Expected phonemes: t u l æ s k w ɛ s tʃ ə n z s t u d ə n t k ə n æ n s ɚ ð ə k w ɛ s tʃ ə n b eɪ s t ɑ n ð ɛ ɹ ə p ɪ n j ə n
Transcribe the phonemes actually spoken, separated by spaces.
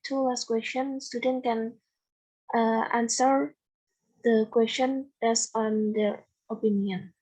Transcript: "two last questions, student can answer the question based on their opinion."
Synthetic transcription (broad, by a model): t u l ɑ s k w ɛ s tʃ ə n s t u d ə n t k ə n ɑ n s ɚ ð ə k w ɛ s tʃ ə n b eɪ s ɑ n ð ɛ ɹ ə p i n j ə n